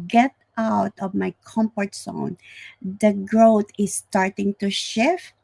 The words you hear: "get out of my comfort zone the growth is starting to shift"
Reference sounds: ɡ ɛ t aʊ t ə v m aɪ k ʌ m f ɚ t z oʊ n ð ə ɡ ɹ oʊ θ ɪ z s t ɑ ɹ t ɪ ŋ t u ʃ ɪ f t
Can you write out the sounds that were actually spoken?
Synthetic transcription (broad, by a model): ɡ ɛ t aʊ t ə v m aɪ k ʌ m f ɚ t s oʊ n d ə ɡ ɹ oʊ t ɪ s t ɑ ɹ t ɪ ŋ t u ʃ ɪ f